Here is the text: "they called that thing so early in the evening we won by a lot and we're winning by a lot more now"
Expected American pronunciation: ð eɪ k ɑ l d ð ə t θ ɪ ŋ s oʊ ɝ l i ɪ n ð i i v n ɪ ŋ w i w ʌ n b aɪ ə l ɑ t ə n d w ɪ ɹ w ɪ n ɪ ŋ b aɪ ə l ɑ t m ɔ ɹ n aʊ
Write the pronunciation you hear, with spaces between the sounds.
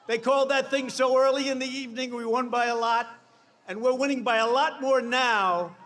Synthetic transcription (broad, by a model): ð eɪ k ɑ l d ð ə t θ ɪ ŋ s oʊ ɝ l i ɪ n ð i i v n ɪ ŋ w i w ʌ n b aɪ ə l ɑ t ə n w ɪ ɹ w ɪ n ɪ ŋ b aɪ ə l ɑ t m ɔ ɹ n aʊ